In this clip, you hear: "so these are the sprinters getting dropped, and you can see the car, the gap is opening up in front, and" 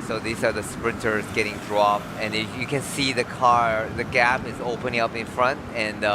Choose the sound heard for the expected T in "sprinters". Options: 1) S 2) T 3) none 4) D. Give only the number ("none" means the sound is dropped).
2